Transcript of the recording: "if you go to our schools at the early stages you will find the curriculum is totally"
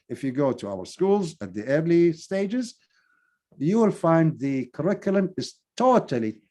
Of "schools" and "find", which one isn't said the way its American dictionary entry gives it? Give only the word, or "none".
none